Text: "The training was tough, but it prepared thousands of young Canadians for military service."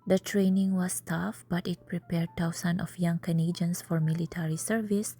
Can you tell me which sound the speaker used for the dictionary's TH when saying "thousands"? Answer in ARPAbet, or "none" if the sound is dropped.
T